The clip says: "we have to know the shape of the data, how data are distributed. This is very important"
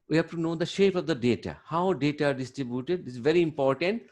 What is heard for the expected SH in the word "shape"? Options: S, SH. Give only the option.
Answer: SH